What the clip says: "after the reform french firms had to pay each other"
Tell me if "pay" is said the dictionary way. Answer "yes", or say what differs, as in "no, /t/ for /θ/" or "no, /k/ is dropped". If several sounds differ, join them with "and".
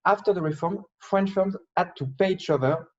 yes